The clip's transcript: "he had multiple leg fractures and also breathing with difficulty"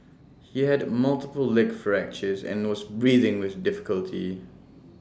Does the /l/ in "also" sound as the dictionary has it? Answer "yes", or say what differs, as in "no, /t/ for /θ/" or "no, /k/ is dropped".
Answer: no, /l/ is dropped